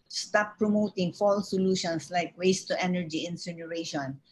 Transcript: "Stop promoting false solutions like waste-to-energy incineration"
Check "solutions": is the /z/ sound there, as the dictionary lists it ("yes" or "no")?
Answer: no